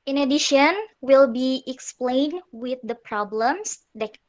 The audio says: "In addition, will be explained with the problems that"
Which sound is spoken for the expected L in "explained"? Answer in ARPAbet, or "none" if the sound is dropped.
L